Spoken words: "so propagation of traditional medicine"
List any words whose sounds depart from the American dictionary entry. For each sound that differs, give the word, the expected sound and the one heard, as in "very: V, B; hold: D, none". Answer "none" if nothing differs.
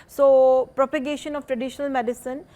none